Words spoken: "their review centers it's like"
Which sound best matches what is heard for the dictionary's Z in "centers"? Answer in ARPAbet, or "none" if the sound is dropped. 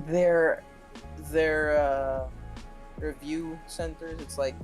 Z